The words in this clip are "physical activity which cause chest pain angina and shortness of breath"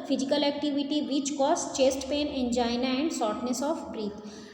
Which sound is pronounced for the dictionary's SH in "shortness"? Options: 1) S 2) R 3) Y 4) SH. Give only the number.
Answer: 1